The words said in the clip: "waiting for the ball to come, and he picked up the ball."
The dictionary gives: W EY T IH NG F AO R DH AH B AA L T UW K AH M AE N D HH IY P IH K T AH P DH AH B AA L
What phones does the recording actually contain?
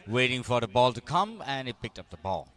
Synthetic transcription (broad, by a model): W EY T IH NG F AO R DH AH B AA L T UW K AH M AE N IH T P IH K T AH P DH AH B AA L